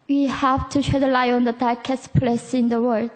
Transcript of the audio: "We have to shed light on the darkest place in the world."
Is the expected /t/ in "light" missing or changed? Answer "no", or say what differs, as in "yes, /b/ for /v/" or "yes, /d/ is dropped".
yes, /t/ is dropped